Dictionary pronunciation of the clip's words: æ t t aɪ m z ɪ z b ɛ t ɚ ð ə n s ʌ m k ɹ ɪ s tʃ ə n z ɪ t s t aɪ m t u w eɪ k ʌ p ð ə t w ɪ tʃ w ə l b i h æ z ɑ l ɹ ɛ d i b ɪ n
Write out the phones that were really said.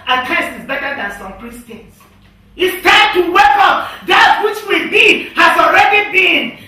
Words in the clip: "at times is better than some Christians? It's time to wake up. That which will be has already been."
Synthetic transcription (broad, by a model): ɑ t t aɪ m s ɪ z b ɛ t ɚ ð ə n s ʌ m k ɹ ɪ s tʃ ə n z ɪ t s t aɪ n t u w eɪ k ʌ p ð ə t w ɪ tʃ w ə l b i h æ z ɑ l ɹ ɛ d i b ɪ n